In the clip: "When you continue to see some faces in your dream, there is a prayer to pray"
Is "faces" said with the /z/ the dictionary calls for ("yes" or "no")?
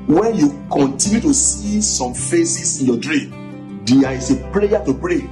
no